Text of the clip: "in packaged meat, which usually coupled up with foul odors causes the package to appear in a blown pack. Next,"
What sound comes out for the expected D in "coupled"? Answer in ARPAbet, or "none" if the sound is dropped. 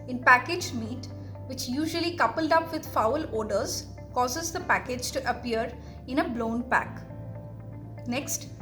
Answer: D